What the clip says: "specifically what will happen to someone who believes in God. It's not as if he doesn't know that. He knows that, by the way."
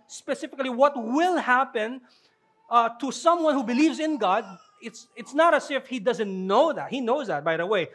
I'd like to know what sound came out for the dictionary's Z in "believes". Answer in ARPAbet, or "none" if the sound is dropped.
Z